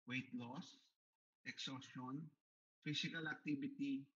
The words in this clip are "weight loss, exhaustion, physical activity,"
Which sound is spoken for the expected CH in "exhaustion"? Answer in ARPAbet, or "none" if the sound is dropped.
none